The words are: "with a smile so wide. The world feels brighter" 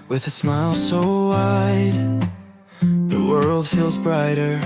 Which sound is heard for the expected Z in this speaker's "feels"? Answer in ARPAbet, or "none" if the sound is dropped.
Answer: Z